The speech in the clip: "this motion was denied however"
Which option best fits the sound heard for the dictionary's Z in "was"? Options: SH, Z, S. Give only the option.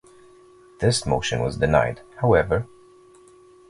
Z